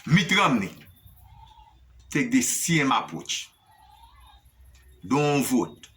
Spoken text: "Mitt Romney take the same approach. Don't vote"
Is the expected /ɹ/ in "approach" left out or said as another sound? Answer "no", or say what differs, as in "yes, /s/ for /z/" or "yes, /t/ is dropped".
yes, /ɹ/ is dropped